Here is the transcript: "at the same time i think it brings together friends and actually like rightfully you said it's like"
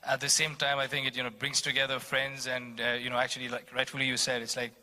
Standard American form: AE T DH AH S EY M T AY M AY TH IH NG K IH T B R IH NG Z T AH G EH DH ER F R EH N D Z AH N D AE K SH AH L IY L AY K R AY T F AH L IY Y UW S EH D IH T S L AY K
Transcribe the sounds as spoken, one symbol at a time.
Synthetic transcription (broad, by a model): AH T DH AH S EY M T AY M AY TH IH NG K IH T B R IH NG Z T AH G EH DH ER F R EH N D Z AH N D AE K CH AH L IY L AY K R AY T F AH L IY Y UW S EH D IH T S L AY K